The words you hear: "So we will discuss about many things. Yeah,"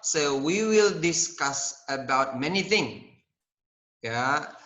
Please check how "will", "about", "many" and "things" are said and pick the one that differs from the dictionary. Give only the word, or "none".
things